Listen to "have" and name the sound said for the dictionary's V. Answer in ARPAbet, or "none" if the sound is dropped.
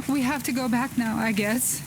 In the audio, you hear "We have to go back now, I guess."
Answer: F